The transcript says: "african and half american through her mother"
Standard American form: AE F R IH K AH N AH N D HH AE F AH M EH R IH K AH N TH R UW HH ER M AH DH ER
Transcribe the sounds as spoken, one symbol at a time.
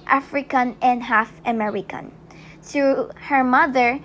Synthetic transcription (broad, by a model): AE F R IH K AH N AH N D HH AE F AH M EH R IH K AH N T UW HH ER M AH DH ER